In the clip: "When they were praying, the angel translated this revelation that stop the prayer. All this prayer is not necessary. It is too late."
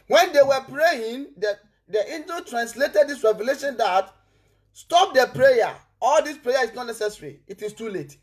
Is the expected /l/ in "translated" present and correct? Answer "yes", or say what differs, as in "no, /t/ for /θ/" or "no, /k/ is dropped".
yes